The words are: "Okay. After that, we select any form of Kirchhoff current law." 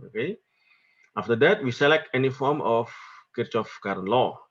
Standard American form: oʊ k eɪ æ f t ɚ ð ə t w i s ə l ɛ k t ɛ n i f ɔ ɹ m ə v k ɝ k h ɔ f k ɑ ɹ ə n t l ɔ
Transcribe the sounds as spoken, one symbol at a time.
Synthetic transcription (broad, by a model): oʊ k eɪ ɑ f t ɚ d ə t w i s ə l ɛ k t ɛ n i f ɔ ɹ m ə f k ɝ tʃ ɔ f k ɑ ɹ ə n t l ɔ